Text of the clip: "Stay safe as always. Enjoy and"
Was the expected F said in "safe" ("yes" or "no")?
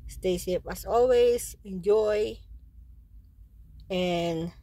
no